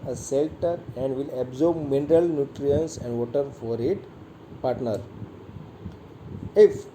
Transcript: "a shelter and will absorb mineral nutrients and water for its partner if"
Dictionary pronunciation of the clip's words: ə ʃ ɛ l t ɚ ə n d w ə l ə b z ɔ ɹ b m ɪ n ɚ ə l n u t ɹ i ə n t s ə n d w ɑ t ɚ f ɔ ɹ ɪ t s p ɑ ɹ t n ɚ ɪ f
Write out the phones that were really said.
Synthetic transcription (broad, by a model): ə s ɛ l t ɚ ə n d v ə l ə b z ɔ ɹ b m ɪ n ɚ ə l n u t ɹ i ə n s ə n d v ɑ t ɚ f ɔ ɹ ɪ t p ɑ ɹ t n ɚ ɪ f